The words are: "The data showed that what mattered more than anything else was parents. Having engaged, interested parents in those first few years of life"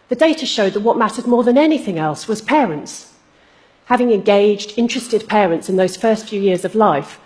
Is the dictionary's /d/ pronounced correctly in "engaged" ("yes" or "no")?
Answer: yes